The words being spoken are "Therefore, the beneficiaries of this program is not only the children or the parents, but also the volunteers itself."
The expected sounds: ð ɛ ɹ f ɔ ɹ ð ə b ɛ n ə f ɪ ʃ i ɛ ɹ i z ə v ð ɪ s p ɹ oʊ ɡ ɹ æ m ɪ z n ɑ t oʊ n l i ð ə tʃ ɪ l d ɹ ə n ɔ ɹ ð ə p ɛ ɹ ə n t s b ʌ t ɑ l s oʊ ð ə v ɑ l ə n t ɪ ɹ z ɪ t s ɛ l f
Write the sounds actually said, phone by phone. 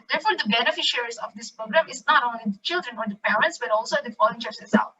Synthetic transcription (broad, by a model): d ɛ ɹ f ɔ ɹ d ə b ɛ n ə f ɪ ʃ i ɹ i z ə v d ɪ s p ɹ oʊ ɡ ɹ æ m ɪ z n ɑ t oʊ n l i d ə tʃ ɪ l d ɹ ə n ɔ ɹ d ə p ɛ ɹ ə n t s b ʌ t ɑ l s oʊ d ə f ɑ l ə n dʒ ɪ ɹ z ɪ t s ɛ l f